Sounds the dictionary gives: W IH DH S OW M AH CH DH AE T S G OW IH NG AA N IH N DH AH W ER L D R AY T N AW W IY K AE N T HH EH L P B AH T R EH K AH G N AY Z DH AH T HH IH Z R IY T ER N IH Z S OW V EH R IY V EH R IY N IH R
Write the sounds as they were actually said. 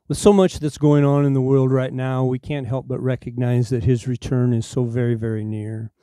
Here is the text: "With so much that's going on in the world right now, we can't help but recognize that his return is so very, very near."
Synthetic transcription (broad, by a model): W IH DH S OW M AH CH DH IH T S G OW IH NG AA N IH N DH AH W ER L D R AY T N AW W IY K AE N T HH EH L P B AH T R EH K AH G N AY Z DH AH T HH IH Z R IY T ER N IH Z S OW V EH R IY V EH R IY N IH R